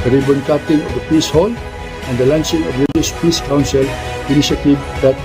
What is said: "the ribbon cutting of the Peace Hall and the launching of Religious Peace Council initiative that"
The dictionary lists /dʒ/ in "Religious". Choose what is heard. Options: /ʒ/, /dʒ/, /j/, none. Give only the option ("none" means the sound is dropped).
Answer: none